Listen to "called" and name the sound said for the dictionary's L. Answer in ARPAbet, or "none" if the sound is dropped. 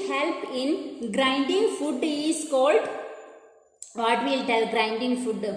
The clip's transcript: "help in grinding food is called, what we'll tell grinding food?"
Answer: L